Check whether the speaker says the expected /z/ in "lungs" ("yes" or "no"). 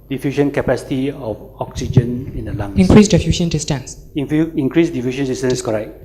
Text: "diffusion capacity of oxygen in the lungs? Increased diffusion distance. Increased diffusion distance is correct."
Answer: no